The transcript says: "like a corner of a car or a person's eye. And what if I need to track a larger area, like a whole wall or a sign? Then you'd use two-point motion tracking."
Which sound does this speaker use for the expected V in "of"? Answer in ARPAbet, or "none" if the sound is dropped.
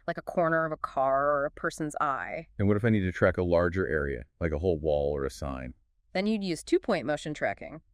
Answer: V